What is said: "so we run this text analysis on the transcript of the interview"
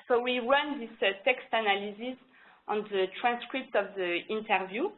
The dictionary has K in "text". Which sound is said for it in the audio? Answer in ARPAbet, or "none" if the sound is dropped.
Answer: K